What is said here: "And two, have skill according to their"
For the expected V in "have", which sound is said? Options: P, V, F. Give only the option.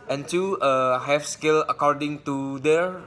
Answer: F